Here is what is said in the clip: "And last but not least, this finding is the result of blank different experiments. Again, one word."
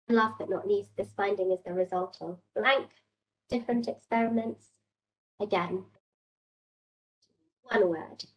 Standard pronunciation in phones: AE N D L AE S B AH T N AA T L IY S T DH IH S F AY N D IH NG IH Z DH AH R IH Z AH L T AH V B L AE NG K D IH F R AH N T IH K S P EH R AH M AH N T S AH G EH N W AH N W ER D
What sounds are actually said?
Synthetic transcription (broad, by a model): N L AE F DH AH T N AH T N IY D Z DH IH S F AY N D IH NG IH Z DH AH R IH Z AH L T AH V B L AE NG K D IH F R AH N T IH K S P EH R AH M AH N T S AH G EH N W AH N W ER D